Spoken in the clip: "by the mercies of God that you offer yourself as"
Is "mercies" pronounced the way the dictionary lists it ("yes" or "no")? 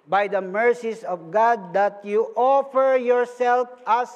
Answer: no